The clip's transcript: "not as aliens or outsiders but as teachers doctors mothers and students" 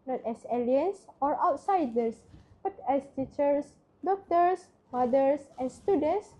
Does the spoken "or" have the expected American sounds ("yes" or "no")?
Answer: yes